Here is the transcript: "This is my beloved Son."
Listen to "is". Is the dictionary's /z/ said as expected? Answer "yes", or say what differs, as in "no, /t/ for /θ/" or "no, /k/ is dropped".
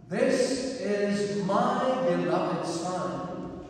yes